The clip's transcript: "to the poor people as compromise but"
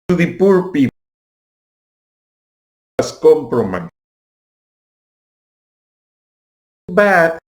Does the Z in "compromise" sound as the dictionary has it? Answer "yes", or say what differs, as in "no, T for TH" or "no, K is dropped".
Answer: no, Z is dropped